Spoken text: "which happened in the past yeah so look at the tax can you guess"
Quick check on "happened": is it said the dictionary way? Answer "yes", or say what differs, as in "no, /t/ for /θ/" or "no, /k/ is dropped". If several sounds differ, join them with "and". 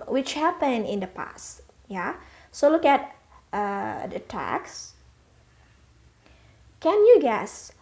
no, /d/ is dropped